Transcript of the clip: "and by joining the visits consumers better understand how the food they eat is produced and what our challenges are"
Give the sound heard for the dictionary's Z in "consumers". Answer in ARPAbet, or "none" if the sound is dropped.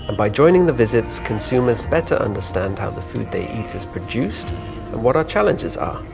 Z